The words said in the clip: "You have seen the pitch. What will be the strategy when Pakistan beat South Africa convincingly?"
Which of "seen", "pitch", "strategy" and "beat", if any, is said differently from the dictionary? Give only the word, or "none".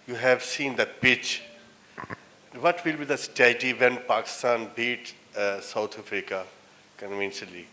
strategy